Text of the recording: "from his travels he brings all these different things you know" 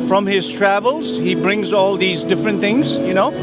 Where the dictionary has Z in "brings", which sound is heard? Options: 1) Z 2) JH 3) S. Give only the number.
1